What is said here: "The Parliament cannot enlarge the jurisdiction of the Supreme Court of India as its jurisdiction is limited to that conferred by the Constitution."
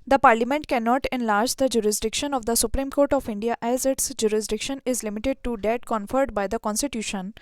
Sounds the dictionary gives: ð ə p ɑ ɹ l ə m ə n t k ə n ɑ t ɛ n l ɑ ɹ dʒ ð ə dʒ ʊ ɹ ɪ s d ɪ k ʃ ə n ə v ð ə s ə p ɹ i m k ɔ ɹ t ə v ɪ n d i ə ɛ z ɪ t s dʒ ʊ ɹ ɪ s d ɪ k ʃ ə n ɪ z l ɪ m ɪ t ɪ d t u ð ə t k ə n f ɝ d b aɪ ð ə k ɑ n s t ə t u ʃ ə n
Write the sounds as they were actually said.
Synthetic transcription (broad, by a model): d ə p ɑ ɹ l ə m ə n t k ə n ɑ t ɛ n l ɑ ɹ dʒ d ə dʒ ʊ ɹ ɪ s d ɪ k ʃ ə n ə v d ə s ə p ɹ i m k ɔ ɹ t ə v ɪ n d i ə ɛ z ɪ t s dʒ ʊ ɹ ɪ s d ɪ k ʃ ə n ɪ z l ɪ m ɪ t ɪ d t u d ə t k ə n f ɝ d b aɪ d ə k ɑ n s t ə t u ʃ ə n